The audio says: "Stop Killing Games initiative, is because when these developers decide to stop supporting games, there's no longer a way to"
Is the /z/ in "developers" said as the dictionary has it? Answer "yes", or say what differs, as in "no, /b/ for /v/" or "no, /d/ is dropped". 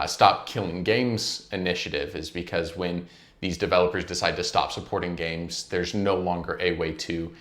yes